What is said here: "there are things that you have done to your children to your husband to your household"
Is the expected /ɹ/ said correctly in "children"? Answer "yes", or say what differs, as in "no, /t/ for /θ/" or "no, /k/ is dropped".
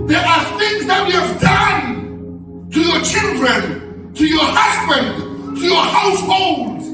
yes